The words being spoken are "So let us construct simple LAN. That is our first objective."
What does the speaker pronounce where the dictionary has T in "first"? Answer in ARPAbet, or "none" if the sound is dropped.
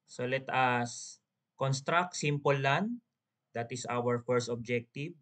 T